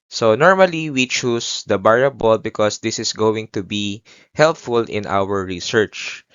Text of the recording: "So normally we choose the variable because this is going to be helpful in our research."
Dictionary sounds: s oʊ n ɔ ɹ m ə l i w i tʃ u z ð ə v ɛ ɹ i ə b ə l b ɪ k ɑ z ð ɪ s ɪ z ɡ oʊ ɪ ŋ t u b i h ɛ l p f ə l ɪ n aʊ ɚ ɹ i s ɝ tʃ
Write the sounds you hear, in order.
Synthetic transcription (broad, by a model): s oʊ n ɔ ɹ m ə l i w i tʃ u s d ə b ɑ ɹ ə b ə l b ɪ k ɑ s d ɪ s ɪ s ɡ oʊ ɪ ŋ t u b i h ɛ l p f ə l ɪ n aʊ ɚ ɹ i s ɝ tʃ